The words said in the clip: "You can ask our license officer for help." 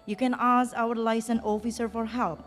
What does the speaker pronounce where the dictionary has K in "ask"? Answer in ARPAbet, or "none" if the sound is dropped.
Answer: none